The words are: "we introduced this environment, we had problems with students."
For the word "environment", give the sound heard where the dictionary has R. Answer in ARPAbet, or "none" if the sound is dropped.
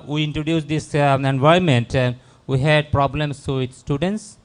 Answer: none